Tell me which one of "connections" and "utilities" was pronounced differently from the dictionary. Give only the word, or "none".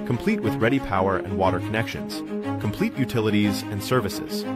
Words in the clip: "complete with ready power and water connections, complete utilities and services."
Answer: none